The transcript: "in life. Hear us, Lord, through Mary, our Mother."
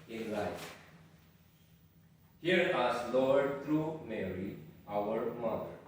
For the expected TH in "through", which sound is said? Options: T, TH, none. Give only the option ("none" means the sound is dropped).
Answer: T